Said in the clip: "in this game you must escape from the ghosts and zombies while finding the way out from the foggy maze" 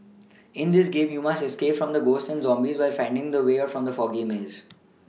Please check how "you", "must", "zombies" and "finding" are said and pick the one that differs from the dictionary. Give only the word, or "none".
none